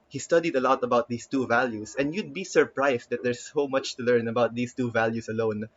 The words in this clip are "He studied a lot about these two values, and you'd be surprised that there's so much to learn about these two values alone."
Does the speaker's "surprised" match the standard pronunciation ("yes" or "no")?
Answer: no